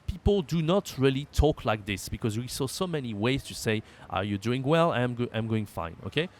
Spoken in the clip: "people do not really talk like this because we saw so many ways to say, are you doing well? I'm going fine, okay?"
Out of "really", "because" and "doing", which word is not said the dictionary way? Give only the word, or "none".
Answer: none